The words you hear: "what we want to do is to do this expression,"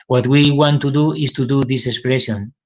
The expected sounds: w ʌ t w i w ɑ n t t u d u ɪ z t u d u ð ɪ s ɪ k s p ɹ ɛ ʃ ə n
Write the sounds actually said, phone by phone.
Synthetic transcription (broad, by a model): w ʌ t w i w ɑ n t t u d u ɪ s t u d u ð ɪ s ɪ k s p ɹ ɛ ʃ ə n